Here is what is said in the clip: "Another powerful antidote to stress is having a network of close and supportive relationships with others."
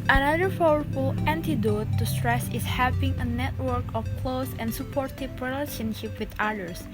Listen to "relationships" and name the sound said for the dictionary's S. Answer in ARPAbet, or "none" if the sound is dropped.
none